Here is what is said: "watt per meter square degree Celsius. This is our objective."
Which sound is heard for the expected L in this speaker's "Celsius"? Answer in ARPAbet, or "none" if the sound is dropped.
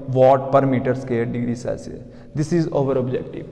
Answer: none